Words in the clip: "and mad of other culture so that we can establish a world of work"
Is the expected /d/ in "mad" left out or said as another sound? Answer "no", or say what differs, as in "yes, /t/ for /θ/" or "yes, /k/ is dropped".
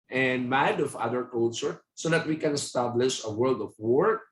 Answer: no